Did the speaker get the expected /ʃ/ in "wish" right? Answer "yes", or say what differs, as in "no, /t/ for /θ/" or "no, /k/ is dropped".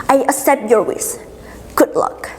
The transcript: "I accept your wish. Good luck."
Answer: no, /s/ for /ʃ/